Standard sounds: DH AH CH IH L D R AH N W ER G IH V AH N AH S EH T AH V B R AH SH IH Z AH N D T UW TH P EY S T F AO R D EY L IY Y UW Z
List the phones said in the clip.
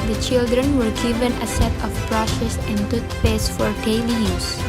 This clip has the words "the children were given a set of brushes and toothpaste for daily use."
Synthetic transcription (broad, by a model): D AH CH IH L D R AH N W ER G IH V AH N AH S EH T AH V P R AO S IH S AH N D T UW T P EY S F AO R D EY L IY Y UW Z